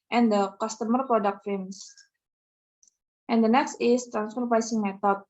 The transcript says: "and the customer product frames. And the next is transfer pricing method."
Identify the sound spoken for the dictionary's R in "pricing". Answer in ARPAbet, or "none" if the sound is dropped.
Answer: none